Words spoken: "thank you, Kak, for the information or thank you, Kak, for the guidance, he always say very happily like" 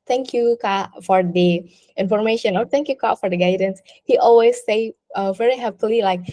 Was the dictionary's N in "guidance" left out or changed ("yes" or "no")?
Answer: no